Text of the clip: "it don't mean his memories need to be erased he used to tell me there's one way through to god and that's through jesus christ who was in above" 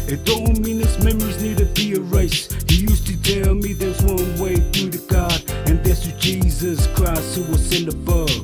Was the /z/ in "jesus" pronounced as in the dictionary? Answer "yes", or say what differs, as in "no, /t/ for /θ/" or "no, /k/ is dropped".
yes